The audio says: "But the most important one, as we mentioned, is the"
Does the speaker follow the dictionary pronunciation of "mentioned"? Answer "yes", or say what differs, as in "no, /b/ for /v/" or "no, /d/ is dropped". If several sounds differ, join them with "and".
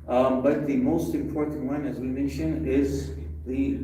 no, /d/ is dropped